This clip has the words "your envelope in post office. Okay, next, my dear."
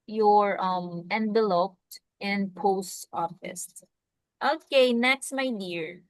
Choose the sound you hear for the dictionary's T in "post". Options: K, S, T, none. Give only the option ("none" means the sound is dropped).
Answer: T